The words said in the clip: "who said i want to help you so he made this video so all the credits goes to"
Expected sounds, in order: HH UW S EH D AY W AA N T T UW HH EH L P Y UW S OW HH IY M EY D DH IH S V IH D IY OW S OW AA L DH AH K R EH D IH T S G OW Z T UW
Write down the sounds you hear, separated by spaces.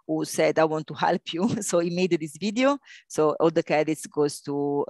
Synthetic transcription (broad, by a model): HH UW S EH D AY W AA N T T UW HH EH L P Y UW S OW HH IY M EY D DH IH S V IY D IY OW S OW AA L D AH K EH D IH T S G OW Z T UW